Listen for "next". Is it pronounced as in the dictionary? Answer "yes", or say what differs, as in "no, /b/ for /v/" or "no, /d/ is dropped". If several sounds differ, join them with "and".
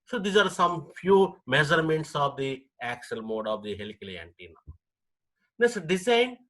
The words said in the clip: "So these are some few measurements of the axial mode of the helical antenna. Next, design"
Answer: no, /k/ is dropped